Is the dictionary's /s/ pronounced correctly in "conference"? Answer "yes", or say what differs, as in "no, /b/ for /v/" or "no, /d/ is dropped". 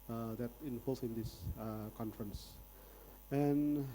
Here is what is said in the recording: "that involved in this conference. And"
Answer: yes